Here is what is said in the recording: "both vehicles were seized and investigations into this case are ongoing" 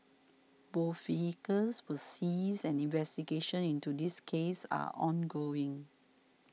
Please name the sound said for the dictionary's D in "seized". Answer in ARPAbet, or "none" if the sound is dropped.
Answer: none